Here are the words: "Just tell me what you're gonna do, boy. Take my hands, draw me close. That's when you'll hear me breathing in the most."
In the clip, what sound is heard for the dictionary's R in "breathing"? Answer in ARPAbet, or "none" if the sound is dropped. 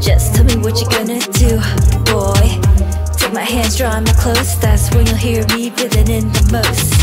none